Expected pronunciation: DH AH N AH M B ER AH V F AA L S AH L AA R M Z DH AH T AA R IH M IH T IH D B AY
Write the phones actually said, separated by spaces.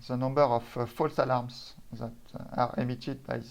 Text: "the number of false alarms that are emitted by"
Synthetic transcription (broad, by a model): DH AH N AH M B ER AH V F AA L S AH L AA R M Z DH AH T AA R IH M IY T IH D B AY